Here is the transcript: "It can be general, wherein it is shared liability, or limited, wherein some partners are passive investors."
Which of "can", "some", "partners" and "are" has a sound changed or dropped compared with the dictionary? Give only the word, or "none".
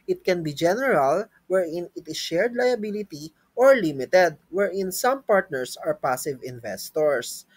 partners